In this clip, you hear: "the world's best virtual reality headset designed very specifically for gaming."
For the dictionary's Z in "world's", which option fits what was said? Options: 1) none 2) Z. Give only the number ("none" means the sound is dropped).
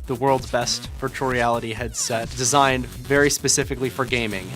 2